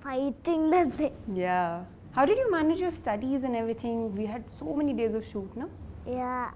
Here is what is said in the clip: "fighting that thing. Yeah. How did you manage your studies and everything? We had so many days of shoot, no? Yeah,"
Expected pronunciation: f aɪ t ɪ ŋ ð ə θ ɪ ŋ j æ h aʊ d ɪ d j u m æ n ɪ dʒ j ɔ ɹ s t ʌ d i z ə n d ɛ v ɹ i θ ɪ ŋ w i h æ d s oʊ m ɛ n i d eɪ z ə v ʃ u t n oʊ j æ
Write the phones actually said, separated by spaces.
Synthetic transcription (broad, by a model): f aɪ t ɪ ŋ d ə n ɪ j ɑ h aʊ d ɪ d j u m æ n ɪ dʒ j ɔ ɹ s t ʌ d i z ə n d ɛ v ɹ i t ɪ ŋ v i h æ d s oʊ m ɛ n i d eɪ z ə v ʃ u t n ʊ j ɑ